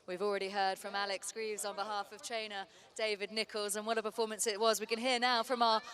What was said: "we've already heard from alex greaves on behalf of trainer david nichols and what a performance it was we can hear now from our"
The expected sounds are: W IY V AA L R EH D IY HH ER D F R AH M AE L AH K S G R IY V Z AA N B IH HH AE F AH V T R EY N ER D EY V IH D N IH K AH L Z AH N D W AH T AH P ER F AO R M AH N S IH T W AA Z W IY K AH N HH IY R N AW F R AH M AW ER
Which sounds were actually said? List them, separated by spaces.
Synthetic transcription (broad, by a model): W IY V AA L R EH D IY HH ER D F R AH M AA L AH K S G R IY V Z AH N B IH HH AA F AH V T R EY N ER D EY V IH D N IH K AH L Z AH N W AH AH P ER F AO M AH N S IH T W AA Z W IY K AH N HH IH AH N AW F R AH M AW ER